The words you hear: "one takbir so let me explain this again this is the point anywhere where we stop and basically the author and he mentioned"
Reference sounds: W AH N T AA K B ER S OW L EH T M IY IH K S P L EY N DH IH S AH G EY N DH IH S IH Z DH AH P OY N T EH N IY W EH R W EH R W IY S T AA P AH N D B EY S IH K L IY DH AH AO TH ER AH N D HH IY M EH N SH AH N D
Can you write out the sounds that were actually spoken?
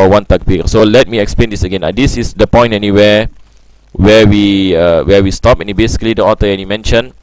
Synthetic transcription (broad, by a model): W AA N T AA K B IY S OW L EH T M IY IH K S P L EY N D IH S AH G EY N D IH S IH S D AH P OY N T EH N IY W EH W W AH W W IY S T AA P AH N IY B EY S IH K L IY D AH AO T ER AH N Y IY M EH N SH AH N